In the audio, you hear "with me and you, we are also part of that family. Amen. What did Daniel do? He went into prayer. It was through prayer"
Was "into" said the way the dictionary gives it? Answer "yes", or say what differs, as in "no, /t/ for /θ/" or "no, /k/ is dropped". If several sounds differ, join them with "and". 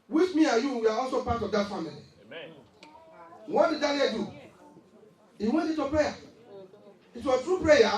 no, /n/ is dropped